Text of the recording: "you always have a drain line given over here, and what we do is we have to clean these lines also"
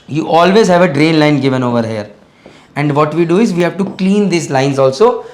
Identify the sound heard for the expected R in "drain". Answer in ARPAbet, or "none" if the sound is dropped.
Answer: R